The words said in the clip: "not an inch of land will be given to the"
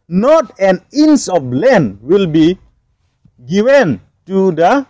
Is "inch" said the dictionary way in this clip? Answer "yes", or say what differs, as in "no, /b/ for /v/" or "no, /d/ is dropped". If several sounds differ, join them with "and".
no, /s/ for /tʃ/